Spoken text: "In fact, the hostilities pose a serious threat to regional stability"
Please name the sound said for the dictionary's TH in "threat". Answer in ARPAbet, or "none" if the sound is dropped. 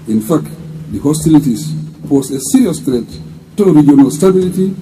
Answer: T